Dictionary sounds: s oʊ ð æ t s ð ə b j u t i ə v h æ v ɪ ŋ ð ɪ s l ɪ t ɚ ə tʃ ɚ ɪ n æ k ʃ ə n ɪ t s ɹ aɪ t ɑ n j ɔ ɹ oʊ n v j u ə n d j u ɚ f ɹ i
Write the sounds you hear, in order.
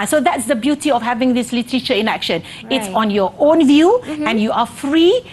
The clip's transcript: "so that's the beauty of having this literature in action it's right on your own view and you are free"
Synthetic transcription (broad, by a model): s oʊ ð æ t s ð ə b j u t i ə f h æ v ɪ ŋ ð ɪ s l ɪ t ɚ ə tʃ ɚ ɪ n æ k ʃ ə n ɪ t s ɑ n j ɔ oʊ n v j u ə n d j u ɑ f ɹ i